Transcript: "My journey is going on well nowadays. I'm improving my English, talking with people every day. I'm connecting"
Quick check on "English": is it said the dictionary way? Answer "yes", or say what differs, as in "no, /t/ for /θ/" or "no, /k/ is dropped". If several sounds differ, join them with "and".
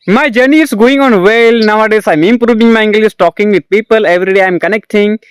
no, /s/ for /ʃ/